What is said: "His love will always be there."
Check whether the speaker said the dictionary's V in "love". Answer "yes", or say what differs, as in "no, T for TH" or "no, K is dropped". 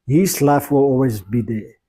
no, F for V